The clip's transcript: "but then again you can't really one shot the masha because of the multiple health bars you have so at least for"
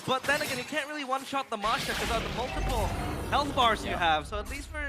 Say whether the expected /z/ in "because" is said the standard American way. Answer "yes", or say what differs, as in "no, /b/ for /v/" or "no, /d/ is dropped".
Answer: no, /z/ is dropped